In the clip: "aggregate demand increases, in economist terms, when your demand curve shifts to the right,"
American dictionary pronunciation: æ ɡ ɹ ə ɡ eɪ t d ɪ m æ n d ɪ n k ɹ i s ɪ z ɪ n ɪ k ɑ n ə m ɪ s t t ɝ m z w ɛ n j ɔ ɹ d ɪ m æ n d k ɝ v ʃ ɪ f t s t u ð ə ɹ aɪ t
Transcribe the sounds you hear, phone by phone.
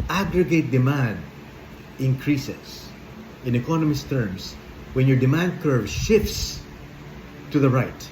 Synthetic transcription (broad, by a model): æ ɡ ɹ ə ɡ eɪ t d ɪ m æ n d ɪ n k ɹ i s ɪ s ɪ n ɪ k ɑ n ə m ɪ s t t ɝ m s w ɛ n j ɔ ɹ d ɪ m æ n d k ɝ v ʃ ɪ f t s t u ð ə ɹ aɪ t